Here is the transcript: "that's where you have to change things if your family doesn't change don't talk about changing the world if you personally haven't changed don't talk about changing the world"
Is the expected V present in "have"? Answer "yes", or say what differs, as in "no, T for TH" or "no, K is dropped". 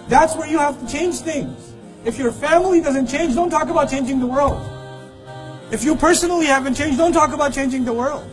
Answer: no, F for V